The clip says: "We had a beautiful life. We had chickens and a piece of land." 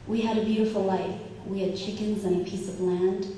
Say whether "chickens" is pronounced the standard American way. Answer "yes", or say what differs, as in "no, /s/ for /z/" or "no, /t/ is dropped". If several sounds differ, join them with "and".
yes